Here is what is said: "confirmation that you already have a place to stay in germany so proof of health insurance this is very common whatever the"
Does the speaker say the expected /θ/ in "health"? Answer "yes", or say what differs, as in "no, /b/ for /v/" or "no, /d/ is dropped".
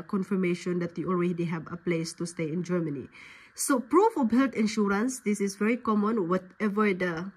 no, /t/ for /θ/